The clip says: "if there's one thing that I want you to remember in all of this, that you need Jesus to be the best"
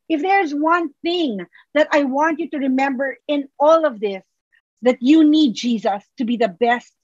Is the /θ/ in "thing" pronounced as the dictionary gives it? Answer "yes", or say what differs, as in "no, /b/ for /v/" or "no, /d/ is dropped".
yes